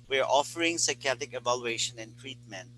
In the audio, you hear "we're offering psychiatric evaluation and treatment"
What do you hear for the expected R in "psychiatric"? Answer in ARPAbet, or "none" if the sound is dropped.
none